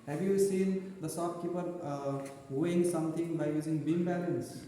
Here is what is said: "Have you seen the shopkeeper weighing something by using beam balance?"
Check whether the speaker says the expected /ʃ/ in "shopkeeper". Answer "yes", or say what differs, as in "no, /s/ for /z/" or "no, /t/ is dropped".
no, /s/ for /ʃ/